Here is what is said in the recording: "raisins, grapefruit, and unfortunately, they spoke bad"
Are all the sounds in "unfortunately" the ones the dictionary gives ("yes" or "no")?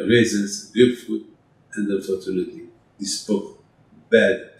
no